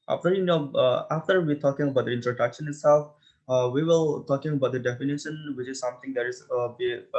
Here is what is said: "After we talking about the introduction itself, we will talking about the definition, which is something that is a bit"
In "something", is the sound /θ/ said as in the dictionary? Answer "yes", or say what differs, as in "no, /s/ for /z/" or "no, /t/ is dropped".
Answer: no, /t/ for /θ/